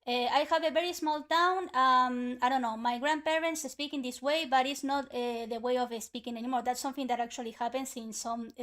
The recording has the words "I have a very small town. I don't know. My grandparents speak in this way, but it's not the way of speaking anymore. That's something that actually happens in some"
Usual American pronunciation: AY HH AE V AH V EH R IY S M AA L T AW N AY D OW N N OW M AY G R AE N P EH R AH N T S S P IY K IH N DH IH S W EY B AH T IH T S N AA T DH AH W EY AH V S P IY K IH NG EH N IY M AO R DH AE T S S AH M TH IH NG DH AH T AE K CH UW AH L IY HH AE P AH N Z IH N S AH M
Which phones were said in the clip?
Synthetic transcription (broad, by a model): AY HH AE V AH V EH R IY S M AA L T AW N AY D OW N N OW M AY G R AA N P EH R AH N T S S P IY K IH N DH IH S W EY B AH T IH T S N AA T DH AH W EY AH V S P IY K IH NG EH N IY M AO R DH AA T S S AH M TH IH NG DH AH T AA K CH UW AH L IY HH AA P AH N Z IH N S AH M